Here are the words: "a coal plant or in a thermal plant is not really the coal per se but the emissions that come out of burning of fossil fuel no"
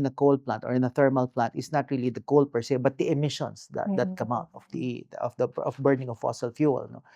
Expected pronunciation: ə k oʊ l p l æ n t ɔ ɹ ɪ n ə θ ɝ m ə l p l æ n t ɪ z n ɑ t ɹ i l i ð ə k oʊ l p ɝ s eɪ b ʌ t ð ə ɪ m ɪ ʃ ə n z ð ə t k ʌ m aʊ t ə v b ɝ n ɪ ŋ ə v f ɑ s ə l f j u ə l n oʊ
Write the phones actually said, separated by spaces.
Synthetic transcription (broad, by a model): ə k oʊ l p l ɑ n t ɔ ɹ ɪ n ə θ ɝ m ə l p l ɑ n t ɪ s n ɑ t ɹ i l i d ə k oʊ l p ɝ s eɪ b ʌ t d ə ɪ m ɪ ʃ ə n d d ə t k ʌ m aʊ t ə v b ɝ n ɪ ŋ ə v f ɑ s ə l f j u l n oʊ